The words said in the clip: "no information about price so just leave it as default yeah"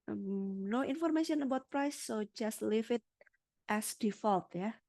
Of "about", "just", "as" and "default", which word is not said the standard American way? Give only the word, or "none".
as